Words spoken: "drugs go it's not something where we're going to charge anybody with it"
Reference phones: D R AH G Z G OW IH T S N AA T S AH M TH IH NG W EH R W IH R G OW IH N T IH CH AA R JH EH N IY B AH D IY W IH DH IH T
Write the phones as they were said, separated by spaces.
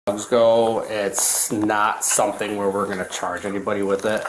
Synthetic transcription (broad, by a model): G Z G OW IH T S N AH T S AH M TH IH NG W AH R W IH R G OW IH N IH CH AA R JH EH N IY B AH D IY W IH DH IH T